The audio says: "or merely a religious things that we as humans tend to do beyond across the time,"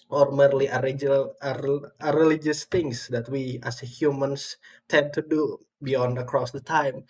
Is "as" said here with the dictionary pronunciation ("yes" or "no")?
no